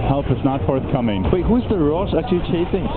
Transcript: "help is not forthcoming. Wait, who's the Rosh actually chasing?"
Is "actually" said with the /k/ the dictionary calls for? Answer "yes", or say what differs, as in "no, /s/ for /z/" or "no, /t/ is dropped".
no, /k/ is dropped